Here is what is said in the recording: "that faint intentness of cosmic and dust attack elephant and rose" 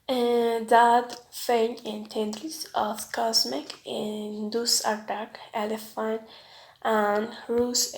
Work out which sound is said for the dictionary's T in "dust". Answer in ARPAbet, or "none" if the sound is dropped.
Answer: none